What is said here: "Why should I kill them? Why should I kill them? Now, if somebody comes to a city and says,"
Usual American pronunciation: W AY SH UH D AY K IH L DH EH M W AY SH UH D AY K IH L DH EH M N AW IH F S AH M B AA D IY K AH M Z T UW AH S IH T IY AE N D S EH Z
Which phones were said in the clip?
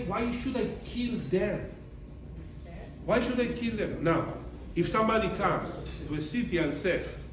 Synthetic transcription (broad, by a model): W AY SH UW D AY K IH L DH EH M W AY SH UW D AY K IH L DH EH M N AW IH F S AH M AA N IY K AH M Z T UW AH S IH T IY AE N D S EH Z